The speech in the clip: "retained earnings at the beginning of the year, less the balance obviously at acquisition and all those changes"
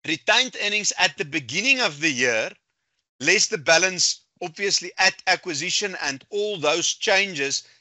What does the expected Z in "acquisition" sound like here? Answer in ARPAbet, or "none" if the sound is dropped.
Z